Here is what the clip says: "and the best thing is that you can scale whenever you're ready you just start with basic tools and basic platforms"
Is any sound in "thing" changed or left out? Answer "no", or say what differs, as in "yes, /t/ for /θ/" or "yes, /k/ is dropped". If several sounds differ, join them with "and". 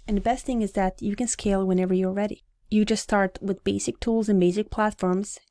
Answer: no